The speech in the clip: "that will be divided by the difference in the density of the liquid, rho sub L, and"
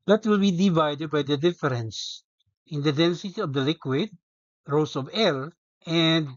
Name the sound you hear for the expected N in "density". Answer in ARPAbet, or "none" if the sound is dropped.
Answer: N